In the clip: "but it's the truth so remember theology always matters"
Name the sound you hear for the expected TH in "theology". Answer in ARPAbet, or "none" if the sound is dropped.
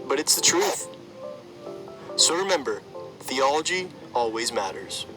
TH